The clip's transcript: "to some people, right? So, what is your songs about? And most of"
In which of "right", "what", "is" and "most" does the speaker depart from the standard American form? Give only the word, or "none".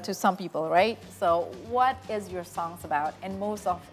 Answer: none